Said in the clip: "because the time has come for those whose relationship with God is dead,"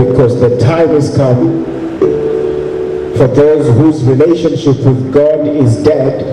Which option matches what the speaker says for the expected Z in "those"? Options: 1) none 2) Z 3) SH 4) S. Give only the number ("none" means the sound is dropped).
2